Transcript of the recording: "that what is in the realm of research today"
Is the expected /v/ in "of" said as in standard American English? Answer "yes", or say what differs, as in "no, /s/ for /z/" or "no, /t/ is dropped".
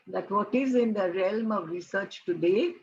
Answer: yes